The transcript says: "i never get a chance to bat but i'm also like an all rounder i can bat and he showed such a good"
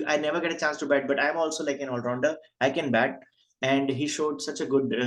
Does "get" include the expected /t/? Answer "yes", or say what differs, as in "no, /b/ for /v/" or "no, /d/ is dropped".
yes